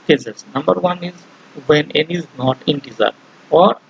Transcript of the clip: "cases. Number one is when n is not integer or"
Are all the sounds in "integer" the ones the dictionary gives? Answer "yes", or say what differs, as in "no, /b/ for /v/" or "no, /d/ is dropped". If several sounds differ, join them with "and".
no, /z/ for /dʒ/